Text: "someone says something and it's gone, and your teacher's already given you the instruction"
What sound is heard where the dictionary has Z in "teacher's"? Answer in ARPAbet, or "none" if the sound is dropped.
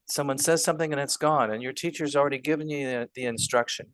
Z